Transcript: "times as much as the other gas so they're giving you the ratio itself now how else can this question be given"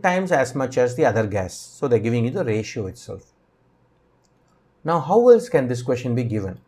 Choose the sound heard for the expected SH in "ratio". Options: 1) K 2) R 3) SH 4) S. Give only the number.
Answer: 3